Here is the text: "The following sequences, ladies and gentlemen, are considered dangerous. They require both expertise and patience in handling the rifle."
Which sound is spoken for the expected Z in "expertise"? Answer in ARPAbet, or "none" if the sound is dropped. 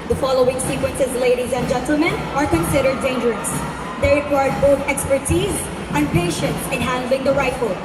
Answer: Z